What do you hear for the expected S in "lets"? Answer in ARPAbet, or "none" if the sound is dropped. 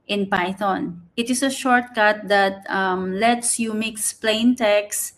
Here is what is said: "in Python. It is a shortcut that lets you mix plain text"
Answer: S